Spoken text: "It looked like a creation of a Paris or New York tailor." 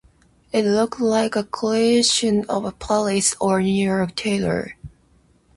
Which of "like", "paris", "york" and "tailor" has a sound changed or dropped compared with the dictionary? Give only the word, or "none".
paris